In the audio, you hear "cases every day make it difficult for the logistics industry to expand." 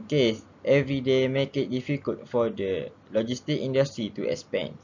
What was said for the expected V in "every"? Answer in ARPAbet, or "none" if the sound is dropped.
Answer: V